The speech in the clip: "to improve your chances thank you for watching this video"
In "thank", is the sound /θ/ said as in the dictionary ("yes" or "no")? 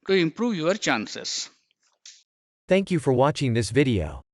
yes